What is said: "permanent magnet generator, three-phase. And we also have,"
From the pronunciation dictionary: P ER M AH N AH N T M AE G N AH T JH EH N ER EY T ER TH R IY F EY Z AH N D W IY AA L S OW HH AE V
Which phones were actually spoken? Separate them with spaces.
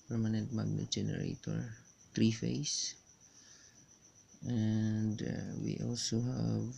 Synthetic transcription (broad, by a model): P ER M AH N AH N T M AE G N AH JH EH N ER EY T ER T R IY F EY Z AH N D W IY AA L S OW HH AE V